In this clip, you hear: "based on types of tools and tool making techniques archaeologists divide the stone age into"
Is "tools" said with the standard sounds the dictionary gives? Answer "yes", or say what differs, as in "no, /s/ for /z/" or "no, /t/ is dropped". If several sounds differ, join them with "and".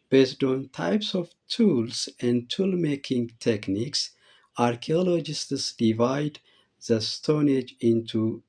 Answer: no, /s/ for /z/